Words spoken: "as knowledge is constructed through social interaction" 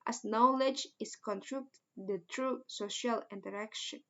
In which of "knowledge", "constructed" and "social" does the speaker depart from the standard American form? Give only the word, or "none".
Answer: constructed